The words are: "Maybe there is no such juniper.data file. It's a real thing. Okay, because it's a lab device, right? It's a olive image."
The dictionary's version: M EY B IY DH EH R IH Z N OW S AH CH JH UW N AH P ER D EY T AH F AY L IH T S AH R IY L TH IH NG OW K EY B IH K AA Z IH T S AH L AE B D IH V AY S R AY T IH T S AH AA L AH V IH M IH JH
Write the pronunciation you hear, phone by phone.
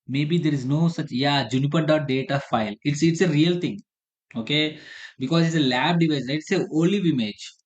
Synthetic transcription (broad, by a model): M EY B IY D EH R IH Z N OW S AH CH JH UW N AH P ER D EY T AH F AY L IH T S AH R IY L T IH NG OW K EY B IH K AA Z IH T S AH L AE B D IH V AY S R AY IH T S AH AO L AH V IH M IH JH